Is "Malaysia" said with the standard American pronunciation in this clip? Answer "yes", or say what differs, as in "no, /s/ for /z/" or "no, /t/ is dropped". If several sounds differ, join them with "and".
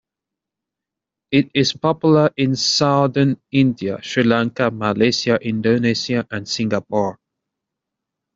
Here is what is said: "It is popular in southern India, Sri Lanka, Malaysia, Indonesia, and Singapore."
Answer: no, /s/ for /ʒ/